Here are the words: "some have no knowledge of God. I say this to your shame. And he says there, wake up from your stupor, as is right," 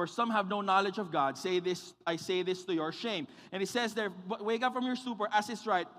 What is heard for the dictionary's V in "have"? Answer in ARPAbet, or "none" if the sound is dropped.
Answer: V